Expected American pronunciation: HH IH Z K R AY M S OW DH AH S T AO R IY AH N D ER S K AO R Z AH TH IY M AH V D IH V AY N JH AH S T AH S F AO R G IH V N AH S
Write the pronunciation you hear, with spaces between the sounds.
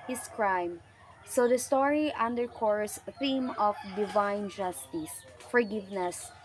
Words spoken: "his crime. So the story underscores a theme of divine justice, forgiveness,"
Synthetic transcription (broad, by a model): HH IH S K R AY M S OW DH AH S T AO R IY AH N D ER K AO R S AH TH IY M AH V D IH V AY N JH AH S T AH S F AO R G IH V N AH S